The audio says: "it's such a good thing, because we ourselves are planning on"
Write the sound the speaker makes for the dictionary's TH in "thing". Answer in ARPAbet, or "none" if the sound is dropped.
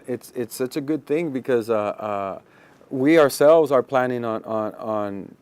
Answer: TH